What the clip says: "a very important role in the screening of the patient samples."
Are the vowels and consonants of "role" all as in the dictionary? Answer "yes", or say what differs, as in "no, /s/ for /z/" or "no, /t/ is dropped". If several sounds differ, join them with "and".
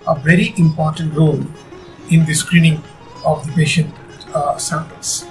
yes